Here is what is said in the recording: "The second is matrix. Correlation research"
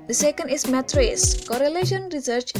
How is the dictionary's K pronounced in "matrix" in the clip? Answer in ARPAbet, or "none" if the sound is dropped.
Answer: none